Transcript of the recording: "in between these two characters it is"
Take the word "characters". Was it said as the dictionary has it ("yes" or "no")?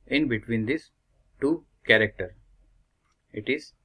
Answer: no